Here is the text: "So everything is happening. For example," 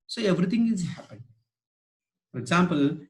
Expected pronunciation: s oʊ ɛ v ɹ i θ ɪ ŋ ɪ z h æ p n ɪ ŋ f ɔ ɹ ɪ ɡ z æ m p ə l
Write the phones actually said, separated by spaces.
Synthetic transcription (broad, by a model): s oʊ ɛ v ɹ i t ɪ ŋ ɪ z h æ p ɪ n f ɔ ɹ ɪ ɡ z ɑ m p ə l